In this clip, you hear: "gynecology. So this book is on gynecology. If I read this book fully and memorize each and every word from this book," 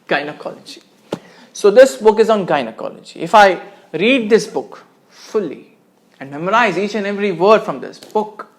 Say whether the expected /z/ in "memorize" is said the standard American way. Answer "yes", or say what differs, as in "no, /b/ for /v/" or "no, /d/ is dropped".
yes